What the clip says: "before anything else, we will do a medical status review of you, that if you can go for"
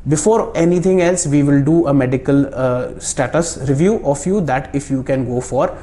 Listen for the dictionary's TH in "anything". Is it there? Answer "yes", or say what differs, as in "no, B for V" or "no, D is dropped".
no, T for TH